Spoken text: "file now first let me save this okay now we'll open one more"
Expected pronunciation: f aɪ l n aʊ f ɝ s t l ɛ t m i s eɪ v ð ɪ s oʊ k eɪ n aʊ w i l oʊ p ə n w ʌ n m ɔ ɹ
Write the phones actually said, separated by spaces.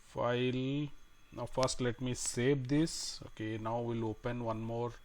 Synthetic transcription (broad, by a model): f aɪ l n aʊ f ɝ s t l ɛ t m i s eɪ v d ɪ s oʊ k eɪ n aʊ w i l oʊ p ə n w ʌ n m ɔ ɹ